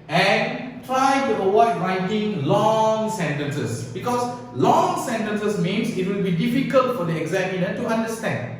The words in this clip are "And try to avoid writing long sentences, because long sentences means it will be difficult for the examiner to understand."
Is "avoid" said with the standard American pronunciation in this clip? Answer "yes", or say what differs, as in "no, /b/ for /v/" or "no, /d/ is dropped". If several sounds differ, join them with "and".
no, /w/ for /v/